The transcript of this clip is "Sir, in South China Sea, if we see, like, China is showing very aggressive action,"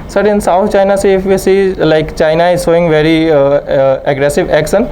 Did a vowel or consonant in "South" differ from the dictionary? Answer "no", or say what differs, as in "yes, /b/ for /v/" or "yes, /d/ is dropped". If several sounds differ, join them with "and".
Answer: yes, /t/ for /θ/